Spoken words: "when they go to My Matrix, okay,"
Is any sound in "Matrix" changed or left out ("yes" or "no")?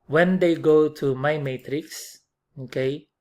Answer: no